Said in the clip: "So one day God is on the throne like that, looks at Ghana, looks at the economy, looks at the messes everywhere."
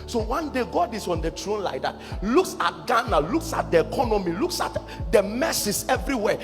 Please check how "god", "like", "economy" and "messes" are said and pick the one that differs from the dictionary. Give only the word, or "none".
messes